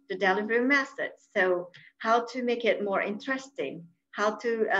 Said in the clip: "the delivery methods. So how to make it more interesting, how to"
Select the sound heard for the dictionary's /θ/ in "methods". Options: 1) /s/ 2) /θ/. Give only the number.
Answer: 1